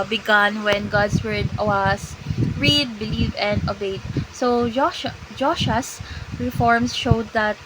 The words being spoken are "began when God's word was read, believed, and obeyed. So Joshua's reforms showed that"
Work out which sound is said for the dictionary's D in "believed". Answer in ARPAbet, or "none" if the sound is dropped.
none